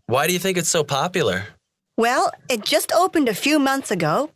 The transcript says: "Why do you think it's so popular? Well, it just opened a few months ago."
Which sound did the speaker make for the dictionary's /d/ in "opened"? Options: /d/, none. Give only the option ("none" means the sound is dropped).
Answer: /d/